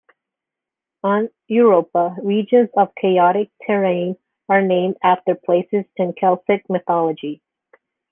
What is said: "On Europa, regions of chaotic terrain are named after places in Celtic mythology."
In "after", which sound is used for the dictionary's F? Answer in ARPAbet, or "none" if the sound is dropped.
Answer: F